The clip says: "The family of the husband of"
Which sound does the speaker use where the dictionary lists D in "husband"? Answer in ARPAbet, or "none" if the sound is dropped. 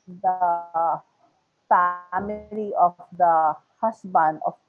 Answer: none